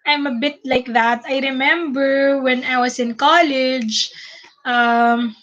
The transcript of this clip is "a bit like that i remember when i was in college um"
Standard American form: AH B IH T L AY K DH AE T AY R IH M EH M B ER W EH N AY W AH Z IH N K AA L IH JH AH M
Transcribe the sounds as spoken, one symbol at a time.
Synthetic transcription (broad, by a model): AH B IH T L AY K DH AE T AY R IH M EH M B ER W EH N AY W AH S IH N K AA L IH JH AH M